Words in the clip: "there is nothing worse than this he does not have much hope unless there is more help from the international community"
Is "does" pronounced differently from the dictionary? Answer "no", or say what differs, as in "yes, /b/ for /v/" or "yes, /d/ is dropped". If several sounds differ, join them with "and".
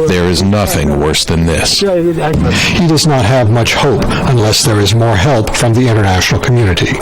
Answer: no